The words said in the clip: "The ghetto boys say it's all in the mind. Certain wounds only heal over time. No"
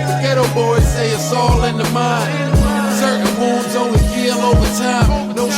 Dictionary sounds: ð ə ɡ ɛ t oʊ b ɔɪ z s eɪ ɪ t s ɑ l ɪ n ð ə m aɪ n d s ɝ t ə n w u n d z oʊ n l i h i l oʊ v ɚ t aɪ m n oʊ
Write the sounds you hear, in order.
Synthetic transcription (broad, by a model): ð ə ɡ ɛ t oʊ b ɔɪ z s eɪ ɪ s ɑ l ɪ n ð ə m aɪ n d s ɝ t n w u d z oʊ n i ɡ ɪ l oʊ v ɚ t aɪ m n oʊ